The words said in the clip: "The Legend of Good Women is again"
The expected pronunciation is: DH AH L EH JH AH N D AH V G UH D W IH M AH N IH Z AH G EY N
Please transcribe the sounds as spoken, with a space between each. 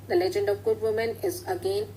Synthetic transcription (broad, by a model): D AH L EH JH AH N D AH V G UH D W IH M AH N IH Z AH G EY N